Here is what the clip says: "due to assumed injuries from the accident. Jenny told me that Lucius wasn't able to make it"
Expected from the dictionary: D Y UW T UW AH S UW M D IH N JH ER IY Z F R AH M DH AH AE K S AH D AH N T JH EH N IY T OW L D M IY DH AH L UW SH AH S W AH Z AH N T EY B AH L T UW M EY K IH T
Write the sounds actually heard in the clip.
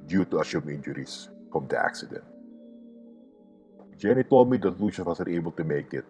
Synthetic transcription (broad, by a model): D Y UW T UW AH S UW M IH N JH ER IY S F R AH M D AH AE K S AH D AH N T JH EH N IY T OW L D M IY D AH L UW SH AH W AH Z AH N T EY B AH L T UW M EY K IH T